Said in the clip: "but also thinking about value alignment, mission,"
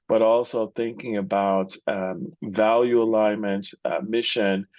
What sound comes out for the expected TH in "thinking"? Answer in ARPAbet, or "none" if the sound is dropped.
TH